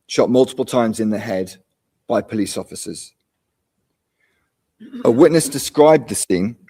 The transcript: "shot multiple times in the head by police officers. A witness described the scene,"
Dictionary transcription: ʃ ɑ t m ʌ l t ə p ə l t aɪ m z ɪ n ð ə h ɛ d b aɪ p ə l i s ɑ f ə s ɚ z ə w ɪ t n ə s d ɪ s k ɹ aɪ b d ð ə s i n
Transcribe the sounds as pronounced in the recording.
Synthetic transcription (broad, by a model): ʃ ɑ t m ʌ l t ə p ə l t aɪ m z ɪ n ð ə h ɛ d b aɪ p ə l i s ɑ f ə s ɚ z ə w ɪ t n ə s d ɪ s k ɹ aɪ b ð ə s i n